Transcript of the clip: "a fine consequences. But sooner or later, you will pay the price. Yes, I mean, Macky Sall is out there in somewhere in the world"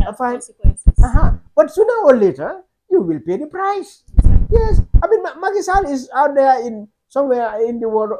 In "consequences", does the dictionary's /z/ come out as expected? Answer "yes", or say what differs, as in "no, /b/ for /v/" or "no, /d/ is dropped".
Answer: no, /z/ is dropped